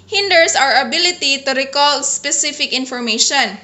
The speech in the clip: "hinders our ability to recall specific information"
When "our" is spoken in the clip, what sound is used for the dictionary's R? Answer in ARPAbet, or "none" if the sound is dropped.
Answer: R